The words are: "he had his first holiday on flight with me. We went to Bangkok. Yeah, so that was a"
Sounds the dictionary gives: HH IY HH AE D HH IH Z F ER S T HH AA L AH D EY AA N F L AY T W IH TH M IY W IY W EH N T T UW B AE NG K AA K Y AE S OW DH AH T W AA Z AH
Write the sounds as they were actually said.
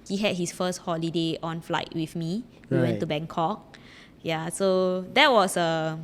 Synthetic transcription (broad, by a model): HH IY HH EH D HH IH S F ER S T HH AA L AH D EY AA N F L AY T W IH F M IY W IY W EH N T T UW B AE NG K AA K Y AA S OW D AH T W AA S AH